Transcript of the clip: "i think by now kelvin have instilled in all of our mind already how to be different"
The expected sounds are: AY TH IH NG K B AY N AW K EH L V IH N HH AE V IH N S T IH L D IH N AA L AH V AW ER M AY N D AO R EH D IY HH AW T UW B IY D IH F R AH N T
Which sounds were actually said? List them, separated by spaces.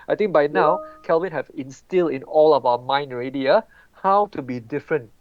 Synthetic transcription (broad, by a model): AY T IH NG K B AY N AW K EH L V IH N HH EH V IH N S T IH L D IH N AA L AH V AW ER M AY N D R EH D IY HH AW T UW B IY D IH F R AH N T